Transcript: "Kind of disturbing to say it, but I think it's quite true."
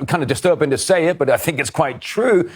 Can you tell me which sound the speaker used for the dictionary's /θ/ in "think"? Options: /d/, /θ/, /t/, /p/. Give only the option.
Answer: /θ/